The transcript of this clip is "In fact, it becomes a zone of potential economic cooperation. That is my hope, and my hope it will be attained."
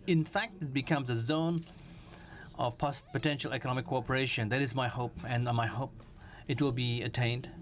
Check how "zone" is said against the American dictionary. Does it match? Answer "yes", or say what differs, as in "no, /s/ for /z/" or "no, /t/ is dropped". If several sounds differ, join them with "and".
yes